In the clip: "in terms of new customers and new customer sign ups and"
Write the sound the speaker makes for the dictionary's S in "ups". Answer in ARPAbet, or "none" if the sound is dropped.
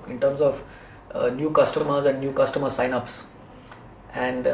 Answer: S